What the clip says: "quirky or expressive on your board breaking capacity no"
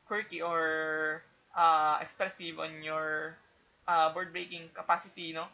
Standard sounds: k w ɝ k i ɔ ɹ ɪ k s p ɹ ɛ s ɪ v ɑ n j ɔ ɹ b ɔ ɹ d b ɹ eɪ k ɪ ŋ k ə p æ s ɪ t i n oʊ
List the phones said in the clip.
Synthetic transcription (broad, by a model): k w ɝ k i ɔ ɹ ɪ k s p ɛ s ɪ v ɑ n j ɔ ɹ b ɔ ɹ d b ɹ eɪ k ɪ ŋ k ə p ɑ s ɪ t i n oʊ